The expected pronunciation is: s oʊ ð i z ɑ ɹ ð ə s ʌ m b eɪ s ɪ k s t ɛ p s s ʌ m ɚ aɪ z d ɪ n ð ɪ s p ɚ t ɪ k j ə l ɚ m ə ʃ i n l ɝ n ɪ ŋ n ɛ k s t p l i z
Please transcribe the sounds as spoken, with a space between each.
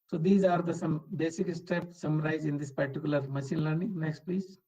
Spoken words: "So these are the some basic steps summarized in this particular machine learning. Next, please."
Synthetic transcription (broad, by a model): s oʊ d i z ɑ ɹ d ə s ʌ m b eɪ s ɪ k s t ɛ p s s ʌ m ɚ aɪ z ɪ n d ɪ s p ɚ t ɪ k j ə l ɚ m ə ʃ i n l ɝ n ɪ ŋ n ɛ k s t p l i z